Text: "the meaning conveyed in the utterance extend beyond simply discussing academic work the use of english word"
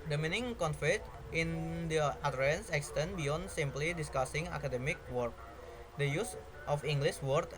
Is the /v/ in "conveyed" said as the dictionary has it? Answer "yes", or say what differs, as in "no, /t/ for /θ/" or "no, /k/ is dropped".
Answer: no, /f/ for /v/